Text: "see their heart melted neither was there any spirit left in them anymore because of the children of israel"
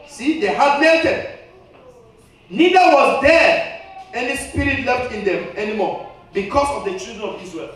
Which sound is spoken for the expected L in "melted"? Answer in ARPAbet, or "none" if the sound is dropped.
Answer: none